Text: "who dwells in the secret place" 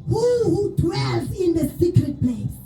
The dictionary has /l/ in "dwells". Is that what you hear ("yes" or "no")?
no